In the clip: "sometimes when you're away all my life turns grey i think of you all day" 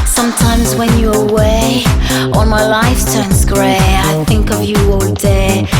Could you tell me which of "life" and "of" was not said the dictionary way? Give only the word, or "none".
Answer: none